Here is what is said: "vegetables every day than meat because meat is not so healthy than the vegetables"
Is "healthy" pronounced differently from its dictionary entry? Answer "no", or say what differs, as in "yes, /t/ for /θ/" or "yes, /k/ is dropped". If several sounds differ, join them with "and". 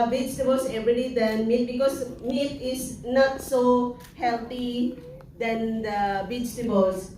yes, /t/ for /θ/